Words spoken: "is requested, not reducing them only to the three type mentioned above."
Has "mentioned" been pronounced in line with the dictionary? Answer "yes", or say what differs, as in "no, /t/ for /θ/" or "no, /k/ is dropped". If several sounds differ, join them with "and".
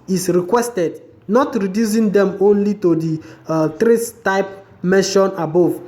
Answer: no, /d/ is dropped